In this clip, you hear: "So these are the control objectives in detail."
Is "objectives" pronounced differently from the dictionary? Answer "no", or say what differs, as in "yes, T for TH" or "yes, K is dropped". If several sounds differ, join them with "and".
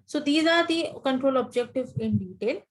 yes, Z is dropped